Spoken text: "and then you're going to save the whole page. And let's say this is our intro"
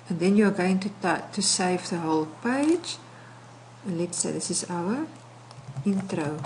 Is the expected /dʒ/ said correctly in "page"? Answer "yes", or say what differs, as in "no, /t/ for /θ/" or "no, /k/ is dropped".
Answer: no, /dʒ/ is dropped